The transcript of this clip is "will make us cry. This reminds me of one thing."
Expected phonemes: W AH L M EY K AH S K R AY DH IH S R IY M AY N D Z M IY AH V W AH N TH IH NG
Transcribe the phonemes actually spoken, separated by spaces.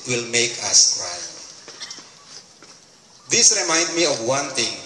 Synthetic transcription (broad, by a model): W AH L M EY K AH S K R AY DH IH S R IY M AY N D M IY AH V W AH N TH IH NG